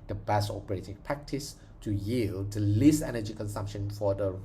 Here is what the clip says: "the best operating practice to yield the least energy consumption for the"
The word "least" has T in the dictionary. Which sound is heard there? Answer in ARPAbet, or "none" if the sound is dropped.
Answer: none